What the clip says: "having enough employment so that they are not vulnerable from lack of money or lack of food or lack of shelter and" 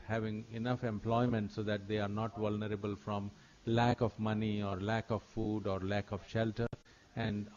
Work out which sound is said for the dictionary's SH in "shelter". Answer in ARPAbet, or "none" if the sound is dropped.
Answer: SH